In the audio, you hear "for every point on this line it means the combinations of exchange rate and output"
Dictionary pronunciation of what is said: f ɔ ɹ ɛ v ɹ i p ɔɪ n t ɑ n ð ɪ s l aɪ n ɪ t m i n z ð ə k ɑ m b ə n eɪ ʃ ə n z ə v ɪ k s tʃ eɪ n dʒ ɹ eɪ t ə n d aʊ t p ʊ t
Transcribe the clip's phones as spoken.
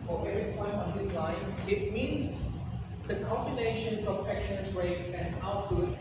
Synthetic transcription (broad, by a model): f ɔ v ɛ ɹ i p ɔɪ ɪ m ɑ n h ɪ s l aɪ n ɪ t m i n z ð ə k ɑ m b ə n eɪ ʃ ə n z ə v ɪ k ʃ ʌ n z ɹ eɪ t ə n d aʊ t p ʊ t